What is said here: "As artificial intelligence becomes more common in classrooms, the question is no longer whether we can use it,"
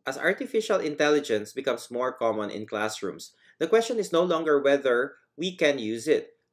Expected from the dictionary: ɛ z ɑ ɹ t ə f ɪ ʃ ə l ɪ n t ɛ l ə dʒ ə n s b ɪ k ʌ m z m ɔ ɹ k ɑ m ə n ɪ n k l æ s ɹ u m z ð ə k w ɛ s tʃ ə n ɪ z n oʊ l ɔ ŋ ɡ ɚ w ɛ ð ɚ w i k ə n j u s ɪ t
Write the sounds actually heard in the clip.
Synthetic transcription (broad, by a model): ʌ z ɑ ɹ t ə f ɪ ʃ ə l ɪ n t ɛ l ə dʒ ə n s b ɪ k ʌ m s m ɔ ɹ k ɑ m ə n ɪ n k l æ s ɹ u m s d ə k w ɛ s tʃ ə n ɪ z n oʊ l ɔ ŋ ɡ ɚ w ɛ ð ɚ w i k ə n j u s ɪ t